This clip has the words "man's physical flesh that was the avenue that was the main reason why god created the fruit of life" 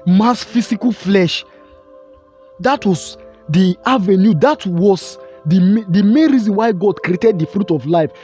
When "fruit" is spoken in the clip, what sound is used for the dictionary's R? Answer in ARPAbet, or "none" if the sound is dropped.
R